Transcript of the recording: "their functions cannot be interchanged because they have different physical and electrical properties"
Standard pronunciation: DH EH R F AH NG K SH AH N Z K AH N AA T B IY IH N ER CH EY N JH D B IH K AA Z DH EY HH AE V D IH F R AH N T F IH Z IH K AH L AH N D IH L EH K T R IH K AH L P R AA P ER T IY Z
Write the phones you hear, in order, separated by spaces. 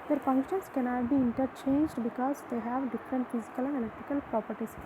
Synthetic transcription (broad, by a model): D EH R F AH NG K SH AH N S K AH N AA T B IY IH N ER CH EY N JH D B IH K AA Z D EY HH AE V D IH F R AH N T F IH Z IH K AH L AH N D IH L EH K T R IH K AH L P R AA P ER T IY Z